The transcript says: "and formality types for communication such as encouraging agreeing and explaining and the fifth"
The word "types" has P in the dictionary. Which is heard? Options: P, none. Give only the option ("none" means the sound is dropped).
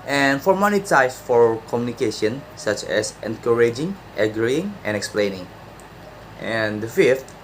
none